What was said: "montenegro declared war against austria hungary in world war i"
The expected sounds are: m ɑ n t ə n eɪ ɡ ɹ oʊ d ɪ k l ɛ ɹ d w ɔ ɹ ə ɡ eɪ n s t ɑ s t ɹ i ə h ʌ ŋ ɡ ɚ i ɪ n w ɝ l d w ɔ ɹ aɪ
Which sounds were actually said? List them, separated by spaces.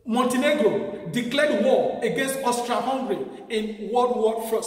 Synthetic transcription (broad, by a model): m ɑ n t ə n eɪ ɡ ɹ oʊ d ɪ k l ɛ d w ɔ ə ɡ eɪ n s t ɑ s t ɹ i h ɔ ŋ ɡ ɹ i ɪ n w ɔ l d w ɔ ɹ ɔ